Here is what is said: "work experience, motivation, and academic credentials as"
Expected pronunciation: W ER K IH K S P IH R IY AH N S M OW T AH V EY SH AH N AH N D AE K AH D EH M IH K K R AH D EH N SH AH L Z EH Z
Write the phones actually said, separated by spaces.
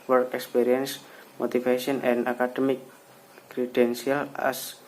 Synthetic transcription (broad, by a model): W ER K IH K S P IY R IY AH N S M OW T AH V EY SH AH N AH N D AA K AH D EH M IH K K R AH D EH N S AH L EH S